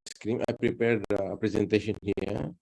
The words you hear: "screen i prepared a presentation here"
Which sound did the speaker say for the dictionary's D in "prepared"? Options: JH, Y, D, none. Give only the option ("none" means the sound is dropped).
D